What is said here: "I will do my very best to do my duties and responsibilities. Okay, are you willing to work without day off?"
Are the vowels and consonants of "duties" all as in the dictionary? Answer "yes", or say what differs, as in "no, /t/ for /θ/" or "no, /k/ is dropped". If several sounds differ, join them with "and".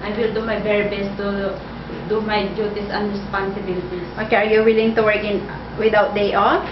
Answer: no, /s/ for /z/